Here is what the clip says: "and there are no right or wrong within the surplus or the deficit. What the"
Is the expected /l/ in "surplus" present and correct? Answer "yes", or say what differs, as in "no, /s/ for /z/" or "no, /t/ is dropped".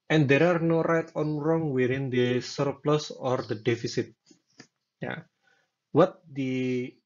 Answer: yes